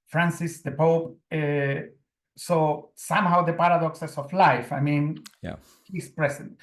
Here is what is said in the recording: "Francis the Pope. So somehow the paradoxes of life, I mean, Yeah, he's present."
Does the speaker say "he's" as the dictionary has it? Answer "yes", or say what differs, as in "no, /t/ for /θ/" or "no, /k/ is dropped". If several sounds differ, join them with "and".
no, /s/ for /z/